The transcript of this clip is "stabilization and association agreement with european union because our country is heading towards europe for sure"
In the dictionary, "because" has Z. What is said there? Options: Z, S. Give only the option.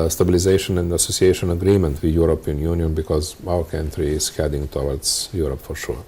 Z